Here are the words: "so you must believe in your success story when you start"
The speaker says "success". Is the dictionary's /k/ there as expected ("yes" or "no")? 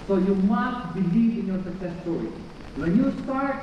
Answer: no